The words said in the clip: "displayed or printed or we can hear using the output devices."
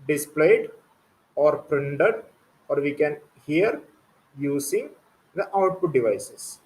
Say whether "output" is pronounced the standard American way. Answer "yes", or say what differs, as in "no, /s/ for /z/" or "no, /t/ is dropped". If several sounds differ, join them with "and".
yes